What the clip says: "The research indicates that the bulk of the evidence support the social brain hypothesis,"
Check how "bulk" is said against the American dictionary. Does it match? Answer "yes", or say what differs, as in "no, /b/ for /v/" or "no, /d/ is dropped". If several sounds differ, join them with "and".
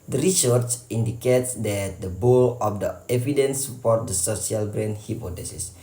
no, /k/ is dropped